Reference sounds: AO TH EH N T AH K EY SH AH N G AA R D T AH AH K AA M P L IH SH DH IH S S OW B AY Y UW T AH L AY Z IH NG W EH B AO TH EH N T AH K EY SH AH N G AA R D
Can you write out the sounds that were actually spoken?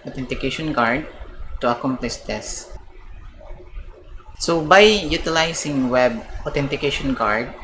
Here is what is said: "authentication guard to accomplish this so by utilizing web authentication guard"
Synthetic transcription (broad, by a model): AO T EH N T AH K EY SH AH N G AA R D T AH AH K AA M P L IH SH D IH S S OW B AY Y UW T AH L AY S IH NG W EH B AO T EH N T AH K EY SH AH N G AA R D